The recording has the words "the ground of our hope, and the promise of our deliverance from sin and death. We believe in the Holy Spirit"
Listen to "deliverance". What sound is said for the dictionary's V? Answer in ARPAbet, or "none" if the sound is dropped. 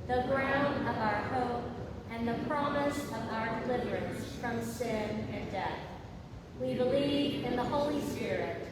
V